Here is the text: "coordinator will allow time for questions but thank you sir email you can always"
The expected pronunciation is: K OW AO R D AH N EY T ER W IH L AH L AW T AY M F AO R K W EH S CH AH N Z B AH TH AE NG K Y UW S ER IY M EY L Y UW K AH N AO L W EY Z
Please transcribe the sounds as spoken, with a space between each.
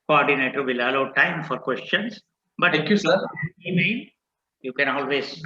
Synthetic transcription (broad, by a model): K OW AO R D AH N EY T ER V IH L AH L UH T AY M F AO R K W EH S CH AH N S B AH T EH K Y UW S ER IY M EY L Y UW K AH N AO L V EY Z